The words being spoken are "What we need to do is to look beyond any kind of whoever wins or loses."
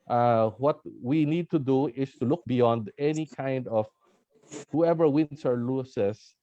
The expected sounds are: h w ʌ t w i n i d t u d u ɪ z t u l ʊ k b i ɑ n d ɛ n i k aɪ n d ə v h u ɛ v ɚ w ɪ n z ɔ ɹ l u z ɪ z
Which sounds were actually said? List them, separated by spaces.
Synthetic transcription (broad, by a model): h w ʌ t w i n i d t u d u ɪ s t u l ʊ k b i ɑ n d ɛ n i k aɪ n d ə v h u ɛ v ɚ w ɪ n s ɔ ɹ l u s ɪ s